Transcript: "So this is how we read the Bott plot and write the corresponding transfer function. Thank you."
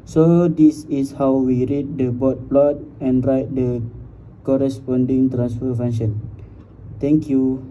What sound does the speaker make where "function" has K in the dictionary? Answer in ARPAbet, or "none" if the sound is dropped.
none